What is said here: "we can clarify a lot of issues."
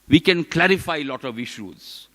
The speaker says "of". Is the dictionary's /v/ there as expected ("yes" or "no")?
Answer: yes